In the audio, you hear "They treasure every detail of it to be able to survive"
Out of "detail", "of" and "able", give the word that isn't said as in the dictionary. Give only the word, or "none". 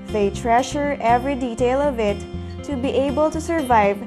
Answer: none